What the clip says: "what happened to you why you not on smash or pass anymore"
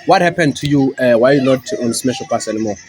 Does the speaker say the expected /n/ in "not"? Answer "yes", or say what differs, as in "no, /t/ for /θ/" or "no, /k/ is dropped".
no, /l/ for /n/